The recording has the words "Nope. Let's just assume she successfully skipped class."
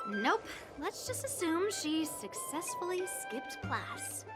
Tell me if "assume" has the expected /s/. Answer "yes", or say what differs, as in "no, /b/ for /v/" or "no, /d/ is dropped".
yes